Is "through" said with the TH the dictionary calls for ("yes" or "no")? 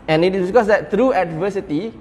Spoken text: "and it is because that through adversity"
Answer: no